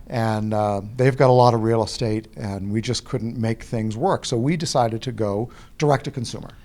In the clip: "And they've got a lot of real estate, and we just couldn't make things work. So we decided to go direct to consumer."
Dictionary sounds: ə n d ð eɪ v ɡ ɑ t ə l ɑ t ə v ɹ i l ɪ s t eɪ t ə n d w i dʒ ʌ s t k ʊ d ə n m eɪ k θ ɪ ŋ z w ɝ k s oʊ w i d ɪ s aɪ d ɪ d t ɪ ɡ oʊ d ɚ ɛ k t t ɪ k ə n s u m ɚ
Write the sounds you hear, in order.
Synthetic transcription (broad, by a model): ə n ð eɪ v ɡ ɑ t ə l ɑ t ə v ɹ i l ɪ s t eɪ t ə n w i dʒ ʌ s k ʊ d n m eɪ k θ ɪ ŋ z w ɝ k s oʊ w i d ɪ s aɪ d ɪ d t ɪ ɡ oʊ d ɚ ɛ k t t ɪ k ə n s u m ɚ